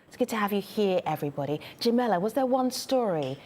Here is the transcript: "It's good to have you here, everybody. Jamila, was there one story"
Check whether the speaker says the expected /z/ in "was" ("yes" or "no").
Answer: yes